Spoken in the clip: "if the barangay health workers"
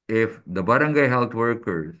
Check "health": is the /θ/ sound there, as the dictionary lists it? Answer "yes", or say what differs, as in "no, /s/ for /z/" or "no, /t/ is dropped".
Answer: no, /t/ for /θ/